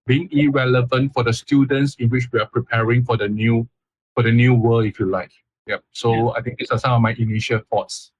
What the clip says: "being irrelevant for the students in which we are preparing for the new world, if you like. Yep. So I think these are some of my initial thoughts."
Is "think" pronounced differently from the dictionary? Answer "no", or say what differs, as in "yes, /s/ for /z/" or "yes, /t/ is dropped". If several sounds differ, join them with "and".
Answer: yes, /t/ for /θ/